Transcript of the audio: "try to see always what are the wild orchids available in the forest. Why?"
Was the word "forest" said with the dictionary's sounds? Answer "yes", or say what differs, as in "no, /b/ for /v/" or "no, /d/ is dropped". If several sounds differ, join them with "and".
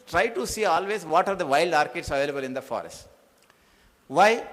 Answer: yes